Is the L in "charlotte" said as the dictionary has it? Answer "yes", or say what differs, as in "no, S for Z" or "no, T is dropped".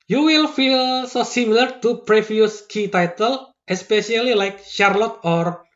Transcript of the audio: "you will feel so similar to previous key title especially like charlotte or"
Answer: yes